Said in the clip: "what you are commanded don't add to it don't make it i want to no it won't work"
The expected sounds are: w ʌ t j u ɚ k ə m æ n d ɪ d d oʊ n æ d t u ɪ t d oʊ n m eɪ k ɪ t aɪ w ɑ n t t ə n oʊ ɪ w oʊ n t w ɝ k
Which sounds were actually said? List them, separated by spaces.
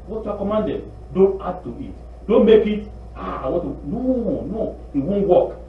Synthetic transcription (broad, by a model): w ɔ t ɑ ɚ k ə m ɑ n d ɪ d d oʊ n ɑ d t u ɪ t d oʊ n m eɪ k ɪ t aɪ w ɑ t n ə n oʊ ɪ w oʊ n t w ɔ k